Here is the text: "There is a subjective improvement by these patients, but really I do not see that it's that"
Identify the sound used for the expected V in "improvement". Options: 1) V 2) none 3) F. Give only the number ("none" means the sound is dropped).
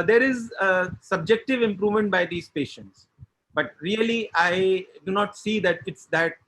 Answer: 1